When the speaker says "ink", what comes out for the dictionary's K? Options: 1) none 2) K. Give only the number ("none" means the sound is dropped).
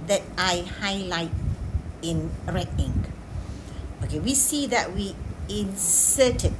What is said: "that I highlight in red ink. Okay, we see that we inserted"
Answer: 1